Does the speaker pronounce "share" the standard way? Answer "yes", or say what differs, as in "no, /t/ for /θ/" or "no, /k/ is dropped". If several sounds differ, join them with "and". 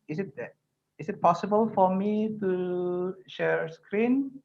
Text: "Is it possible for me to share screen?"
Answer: yes